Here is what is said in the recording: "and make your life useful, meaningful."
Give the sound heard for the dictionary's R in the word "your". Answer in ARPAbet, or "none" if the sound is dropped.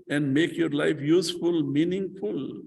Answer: R